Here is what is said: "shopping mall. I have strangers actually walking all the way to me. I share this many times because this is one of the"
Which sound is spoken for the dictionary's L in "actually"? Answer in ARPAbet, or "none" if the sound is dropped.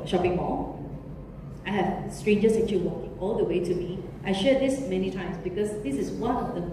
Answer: none